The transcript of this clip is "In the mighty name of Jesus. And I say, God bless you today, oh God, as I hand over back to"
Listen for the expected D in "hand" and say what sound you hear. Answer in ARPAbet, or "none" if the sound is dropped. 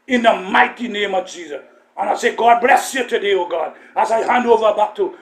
D